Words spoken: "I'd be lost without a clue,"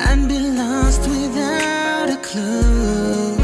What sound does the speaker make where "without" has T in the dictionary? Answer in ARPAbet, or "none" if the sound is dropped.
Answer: T